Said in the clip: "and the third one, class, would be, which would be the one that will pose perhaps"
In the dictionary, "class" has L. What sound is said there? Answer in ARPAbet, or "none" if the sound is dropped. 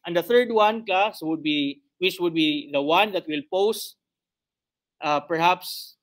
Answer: none